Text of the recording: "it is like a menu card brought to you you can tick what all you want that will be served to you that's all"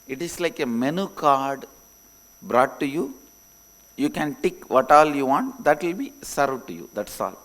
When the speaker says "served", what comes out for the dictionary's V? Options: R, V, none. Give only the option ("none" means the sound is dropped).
none